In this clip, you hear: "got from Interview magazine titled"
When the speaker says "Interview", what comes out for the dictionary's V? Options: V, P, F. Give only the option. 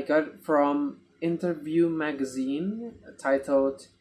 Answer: V